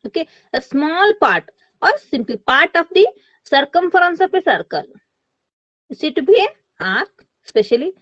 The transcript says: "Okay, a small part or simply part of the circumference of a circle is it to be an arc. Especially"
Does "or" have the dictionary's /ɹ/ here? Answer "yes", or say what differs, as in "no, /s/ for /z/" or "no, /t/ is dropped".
yes